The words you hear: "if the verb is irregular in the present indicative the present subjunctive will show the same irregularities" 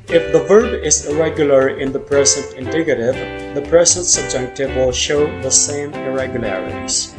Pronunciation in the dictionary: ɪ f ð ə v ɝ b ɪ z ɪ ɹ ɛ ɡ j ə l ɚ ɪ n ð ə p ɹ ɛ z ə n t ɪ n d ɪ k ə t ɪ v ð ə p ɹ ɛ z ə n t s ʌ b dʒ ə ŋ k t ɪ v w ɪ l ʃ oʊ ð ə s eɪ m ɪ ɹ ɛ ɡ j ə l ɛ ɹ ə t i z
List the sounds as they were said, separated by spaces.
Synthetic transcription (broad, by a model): ɪ f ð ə v ɝ b ɪ z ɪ ɹ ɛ ɡ j l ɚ ɪ n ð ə p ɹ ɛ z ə n t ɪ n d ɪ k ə t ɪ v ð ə p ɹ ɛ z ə n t s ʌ b dʒ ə k t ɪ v w ɪ l ʃ oʊ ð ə s eɪ m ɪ ɹ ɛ ɡ j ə l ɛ ɹ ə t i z